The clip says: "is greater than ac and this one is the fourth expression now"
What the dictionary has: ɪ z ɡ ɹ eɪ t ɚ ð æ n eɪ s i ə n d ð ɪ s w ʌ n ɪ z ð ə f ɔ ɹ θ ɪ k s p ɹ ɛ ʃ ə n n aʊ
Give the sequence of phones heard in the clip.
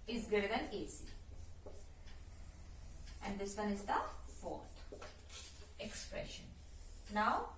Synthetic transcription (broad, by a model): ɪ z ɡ eɪ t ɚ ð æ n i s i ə n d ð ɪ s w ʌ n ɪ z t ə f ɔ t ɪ k s p ɹ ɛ ʃ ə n n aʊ